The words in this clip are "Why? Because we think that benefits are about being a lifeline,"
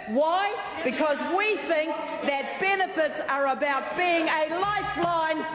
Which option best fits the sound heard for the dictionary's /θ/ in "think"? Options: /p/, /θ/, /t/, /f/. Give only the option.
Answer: /θ/